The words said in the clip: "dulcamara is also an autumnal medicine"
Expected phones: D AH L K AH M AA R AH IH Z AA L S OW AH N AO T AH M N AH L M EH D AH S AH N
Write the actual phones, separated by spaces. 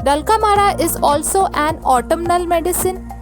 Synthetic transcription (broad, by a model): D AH L K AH M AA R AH IH Z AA L S OW AH N AO T AH M N AH L M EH D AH S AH N